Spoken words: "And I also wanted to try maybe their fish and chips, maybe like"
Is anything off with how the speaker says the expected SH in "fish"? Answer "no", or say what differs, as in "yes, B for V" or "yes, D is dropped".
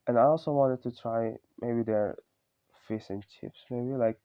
yes, S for SH